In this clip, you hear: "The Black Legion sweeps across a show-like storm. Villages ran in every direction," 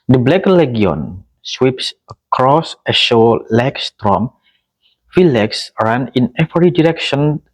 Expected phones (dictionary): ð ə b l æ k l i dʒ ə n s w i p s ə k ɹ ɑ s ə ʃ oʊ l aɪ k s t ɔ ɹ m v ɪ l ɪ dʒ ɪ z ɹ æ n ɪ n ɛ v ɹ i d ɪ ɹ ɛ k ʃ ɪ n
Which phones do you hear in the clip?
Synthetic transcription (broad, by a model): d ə b l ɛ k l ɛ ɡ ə n s w i p s ə k ɹ ɑ s ə ʃ oʊ l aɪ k s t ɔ m f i l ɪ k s ɹ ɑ n ɪ n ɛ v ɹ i d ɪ ɹ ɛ k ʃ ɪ n